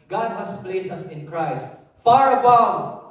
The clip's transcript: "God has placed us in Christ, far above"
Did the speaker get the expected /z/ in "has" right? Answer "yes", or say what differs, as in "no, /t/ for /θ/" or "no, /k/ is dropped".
no, /s/ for /z/